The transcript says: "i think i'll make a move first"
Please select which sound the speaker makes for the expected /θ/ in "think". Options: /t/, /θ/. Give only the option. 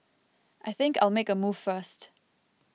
/θ/